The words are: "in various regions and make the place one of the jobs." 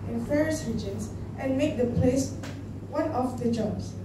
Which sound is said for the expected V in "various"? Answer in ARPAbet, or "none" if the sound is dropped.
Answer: F